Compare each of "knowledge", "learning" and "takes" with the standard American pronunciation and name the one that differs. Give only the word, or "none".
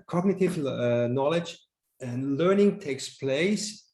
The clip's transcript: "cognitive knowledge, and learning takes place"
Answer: none